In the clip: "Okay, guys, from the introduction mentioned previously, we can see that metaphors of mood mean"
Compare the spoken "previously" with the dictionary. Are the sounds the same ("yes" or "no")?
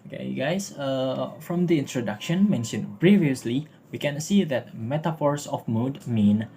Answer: yes